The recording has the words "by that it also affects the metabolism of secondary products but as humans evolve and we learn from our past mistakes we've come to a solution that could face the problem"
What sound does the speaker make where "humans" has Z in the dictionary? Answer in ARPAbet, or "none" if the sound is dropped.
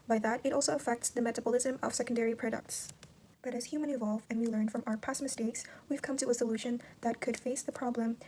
none